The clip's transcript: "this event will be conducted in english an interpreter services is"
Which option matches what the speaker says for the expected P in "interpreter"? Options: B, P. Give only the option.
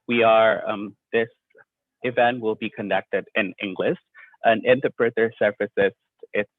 B